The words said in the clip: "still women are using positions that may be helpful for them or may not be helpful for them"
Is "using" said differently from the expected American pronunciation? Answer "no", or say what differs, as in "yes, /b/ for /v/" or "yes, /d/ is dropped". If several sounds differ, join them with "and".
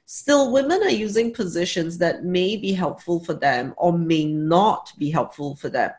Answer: no